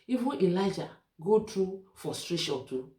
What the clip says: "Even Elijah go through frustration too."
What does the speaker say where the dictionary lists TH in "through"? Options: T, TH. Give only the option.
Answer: T